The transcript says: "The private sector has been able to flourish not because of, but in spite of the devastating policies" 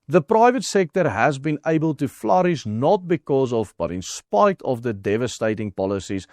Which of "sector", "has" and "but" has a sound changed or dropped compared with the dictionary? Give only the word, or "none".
none